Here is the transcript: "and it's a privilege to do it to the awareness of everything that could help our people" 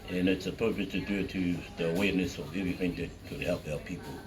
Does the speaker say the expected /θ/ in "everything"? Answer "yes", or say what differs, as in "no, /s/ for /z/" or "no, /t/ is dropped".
yes